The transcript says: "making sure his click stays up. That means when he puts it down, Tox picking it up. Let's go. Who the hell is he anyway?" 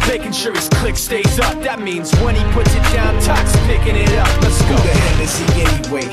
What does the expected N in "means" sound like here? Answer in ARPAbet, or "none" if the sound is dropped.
N